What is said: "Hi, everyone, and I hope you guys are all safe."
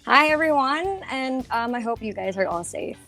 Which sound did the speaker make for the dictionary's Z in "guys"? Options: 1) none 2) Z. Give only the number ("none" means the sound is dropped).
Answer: 2